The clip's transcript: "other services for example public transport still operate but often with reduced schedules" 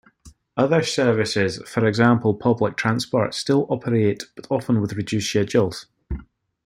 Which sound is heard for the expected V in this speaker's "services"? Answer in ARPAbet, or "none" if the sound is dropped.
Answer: V